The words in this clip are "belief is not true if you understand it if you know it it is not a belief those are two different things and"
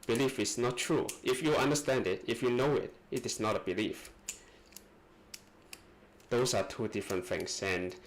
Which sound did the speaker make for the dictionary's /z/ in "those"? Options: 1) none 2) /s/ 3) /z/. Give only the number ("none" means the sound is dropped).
2